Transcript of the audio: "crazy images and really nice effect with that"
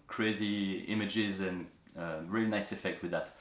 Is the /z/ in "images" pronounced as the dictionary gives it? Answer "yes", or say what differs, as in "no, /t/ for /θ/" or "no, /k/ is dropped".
yes